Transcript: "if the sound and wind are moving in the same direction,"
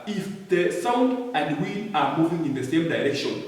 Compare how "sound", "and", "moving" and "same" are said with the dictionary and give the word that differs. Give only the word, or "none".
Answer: none